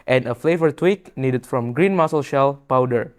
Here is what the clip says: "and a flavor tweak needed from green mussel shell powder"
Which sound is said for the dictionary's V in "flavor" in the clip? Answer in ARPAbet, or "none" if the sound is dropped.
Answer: V